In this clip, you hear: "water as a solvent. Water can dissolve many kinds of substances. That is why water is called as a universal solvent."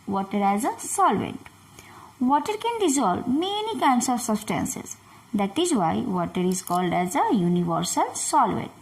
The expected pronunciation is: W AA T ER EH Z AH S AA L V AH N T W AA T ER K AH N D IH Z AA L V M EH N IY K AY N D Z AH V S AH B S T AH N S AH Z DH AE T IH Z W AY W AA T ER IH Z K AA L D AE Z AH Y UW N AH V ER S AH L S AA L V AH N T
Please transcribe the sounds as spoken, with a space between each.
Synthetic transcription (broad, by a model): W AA T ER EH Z AH S AA L V AH N T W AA T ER K AH N D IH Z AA L B M EH N IY K AY N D S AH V S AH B S T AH N S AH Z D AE T IH Z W AY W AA T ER IH Z K AA L D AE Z AH Y UW N AH V ER S AH L S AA L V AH N T